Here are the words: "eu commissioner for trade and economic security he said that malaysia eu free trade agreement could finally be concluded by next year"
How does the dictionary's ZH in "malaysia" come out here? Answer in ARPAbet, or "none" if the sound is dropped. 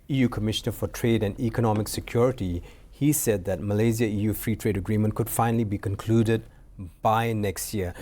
Z